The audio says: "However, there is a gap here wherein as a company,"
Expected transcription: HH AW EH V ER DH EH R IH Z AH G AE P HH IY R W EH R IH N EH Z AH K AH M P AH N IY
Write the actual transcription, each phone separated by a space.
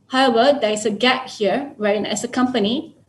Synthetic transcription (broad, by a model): HH AW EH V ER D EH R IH S AH G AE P HH IY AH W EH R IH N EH S AH K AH M P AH N IY